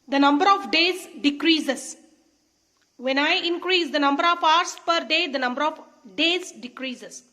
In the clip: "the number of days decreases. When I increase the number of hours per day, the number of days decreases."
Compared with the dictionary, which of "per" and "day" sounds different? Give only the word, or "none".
none